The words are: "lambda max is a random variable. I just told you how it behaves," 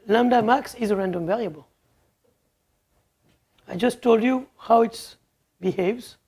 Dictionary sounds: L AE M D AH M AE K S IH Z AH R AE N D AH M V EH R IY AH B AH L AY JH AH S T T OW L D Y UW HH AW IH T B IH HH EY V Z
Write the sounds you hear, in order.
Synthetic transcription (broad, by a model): L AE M D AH M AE K S IH Z AH R AE N D AH M V EH R IY AH B AH L AY JH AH S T T OW L D Y UW HH AW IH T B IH HH EY V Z